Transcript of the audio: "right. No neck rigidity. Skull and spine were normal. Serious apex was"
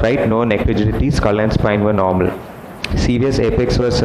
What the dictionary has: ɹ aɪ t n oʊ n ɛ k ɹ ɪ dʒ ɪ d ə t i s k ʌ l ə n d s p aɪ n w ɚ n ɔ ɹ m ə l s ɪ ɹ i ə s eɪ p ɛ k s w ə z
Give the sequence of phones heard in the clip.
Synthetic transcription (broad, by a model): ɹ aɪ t n oʊ n ɛ k l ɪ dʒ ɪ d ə t i s k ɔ l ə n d s p aɪ n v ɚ n ɔ ɹ m ə l s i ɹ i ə s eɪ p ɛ k s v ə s